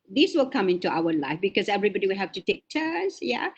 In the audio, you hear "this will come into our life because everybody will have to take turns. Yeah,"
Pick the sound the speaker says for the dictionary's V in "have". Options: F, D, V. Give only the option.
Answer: F